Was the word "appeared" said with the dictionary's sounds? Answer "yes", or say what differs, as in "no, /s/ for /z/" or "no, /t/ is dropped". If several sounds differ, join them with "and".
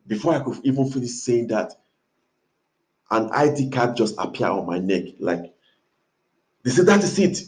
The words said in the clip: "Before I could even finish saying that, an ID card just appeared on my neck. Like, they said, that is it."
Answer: no, /d/ is dropped